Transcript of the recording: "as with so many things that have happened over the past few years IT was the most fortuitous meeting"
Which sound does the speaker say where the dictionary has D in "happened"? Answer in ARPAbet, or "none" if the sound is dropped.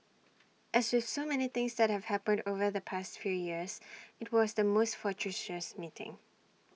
D